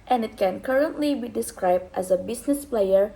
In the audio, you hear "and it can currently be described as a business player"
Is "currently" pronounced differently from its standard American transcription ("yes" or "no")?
no